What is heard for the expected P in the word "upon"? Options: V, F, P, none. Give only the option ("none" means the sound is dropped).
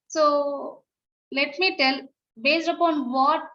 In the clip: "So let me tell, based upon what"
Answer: P